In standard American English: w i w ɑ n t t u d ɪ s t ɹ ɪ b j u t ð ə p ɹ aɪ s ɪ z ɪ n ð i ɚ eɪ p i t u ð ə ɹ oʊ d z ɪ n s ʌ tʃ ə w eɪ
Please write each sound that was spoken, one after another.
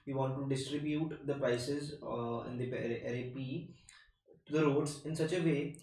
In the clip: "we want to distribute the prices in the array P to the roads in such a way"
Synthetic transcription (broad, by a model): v i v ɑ n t t u d ɪ s t ɹ ɪ b j u t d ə p ɹ aɪ s ɪ z ɪ n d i ɚ eɪ p i t u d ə ɹ oʊ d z ɪ n s ʌ tʃ ə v eɪ